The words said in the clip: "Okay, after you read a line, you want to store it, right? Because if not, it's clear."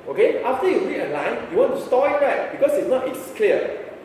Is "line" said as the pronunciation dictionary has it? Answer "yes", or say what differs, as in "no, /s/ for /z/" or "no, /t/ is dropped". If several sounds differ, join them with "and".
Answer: yes